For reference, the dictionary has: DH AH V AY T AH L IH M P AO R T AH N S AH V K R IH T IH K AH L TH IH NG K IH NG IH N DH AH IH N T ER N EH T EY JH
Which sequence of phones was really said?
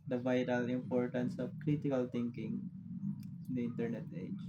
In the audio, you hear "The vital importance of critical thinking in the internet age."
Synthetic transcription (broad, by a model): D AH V AY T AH L IH M P AO R T AH N S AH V K R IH T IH K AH L T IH NG K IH NG IH N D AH IH N T ER N EH T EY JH